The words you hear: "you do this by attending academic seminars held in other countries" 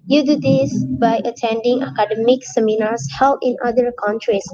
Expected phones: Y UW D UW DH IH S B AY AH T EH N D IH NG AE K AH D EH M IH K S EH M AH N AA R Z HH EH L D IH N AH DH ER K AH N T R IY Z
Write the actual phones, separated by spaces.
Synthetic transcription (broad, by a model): Y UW D UW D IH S B AY AH T EH N D IH NG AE K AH D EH M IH K S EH M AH N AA R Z HH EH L IH N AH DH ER K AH N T R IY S